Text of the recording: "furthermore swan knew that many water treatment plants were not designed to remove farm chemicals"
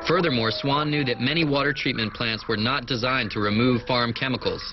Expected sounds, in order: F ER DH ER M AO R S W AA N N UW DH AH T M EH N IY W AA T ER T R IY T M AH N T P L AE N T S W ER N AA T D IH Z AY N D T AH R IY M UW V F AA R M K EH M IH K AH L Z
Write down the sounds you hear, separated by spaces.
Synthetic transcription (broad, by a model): F ER DH ER M AO R S W AA N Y UW DH AH T M EH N IY W AA T ER T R IY T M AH N P L AE N T S W ER N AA T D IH Z AY N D T AH R IY M UW V F AA R M K EH M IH K L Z